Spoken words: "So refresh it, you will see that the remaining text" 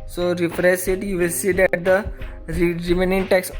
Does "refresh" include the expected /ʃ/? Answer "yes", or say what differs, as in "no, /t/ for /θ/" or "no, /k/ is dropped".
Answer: no, /s/ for /ʃ/